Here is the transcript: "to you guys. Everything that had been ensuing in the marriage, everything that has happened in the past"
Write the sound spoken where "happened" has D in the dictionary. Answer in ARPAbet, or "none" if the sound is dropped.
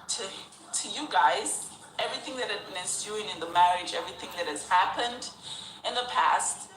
D